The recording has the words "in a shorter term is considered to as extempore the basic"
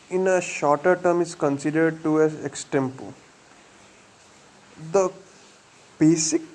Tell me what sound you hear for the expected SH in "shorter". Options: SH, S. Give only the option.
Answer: SH